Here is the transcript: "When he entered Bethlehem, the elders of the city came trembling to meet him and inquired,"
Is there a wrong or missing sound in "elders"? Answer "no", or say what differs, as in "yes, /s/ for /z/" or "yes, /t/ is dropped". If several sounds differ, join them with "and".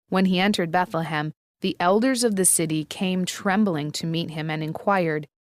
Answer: no